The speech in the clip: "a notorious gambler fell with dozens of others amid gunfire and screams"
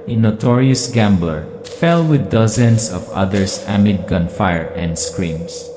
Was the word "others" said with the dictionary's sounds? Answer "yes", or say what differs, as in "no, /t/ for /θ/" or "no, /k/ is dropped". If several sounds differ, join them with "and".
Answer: no, /s/ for /z/